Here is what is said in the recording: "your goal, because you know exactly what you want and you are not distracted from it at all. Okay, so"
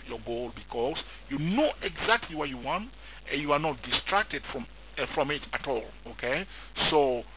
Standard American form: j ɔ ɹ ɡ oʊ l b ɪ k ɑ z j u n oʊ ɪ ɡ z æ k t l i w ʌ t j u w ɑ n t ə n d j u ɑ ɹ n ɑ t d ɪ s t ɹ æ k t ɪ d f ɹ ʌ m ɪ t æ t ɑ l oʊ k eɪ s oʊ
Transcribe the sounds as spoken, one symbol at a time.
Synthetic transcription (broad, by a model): j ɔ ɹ ɡ oʊ l b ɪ k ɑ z j u n oʊ ɪ ɡ z æ k t l i w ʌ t j u w ɑ n t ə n j u ɑ ɹ n ɑ t d ɪ s t ɹ æ k t ɪ d f ɹ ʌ m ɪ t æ t ɑ l oʊ k eɪ s oʊ